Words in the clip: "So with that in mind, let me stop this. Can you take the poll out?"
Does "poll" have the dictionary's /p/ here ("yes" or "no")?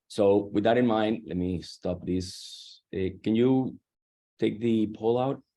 yes